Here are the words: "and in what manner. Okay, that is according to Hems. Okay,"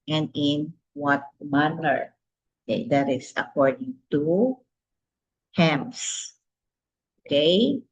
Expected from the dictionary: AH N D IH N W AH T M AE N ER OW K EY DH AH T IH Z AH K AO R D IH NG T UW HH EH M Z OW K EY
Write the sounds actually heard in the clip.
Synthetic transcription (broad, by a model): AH N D IH N W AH T M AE L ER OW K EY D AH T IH S AH K AO R D IH NG T UW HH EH M S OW K EY